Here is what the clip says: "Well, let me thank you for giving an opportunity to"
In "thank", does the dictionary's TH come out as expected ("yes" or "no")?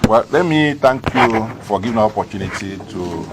no